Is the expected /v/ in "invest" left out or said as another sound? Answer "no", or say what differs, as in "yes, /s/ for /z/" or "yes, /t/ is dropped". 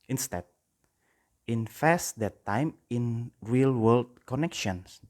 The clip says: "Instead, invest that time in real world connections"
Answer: yes, /f/ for /v/